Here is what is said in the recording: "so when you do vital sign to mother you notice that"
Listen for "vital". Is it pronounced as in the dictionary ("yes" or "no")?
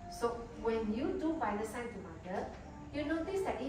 no